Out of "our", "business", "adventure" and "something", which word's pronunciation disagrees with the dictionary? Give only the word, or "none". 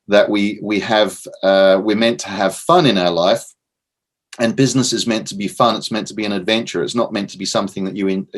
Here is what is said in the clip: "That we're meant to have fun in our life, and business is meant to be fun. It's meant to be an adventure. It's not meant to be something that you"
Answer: none